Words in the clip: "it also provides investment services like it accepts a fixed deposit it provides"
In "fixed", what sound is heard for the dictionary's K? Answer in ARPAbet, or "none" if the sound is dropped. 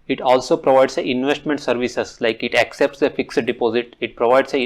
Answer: K